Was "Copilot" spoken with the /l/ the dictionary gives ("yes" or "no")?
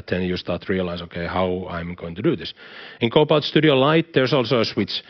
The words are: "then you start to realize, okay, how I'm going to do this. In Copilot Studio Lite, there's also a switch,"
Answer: no